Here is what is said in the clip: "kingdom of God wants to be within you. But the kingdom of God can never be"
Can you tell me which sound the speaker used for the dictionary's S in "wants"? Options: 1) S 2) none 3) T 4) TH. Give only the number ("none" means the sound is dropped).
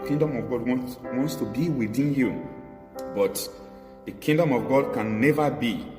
1